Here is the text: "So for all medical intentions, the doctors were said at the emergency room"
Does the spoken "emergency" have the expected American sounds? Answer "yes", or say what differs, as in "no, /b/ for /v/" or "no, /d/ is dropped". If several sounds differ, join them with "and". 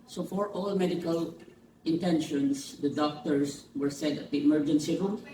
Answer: yes